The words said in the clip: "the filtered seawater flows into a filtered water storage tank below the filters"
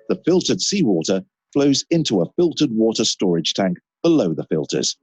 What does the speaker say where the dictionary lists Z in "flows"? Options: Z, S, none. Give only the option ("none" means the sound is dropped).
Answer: Z